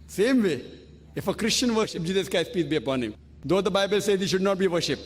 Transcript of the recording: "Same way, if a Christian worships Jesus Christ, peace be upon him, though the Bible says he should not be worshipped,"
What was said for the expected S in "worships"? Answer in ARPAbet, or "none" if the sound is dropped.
none